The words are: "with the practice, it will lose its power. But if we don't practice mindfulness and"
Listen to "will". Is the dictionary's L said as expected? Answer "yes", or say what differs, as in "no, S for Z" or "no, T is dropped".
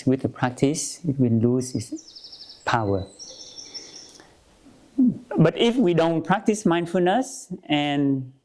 no, N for L